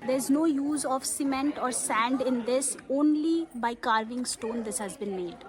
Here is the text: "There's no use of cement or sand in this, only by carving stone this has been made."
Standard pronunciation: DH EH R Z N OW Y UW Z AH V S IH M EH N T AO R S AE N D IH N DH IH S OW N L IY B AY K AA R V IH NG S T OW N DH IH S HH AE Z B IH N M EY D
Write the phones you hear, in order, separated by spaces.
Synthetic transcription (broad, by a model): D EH R Z N OW Y UW Z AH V S IH M EH N T AO R S AE N D IH N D IH S OW N L IY B AY K AA R V IH NG S T OW N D IH S HH AE Z B IH N M EY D